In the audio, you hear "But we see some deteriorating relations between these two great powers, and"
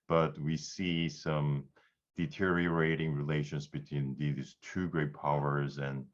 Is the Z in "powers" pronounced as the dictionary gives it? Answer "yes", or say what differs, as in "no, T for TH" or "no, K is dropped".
yes